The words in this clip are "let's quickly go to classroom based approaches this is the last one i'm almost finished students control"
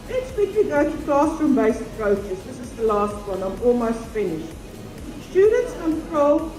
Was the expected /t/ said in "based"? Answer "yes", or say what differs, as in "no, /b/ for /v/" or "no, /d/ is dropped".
no, /t/ is dropped